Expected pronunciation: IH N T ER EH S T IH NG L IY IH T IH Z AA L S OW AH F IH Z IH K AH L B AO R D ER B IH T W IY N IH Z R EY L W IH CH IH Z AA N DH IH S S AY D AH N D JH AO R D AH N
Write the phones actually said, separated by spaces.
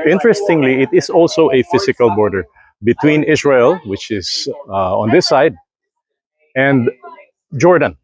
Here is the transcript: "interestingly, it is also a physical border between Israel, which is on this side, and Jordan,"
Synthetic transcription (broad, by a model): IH N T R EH S T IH NG L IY IH T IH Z AA L S OW AH F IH S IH K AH L B AO R D ER B IH T W IY N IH S R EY L W IH CH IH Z AA N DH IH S S AY D AH N D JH AO R D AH N